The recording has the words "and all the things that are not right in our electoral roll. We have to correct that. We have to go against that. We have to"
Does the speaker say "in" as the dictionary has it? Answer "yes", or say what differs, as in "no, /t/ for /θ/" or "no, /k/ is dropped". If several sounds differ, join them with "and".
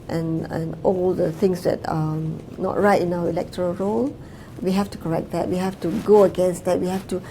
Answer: yes